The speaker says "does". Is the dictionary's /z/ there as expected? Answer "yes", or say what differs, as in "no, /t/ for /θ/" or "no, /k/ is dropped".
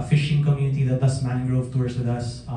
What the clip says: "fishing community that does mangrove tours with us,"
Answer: no, /s/ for /z/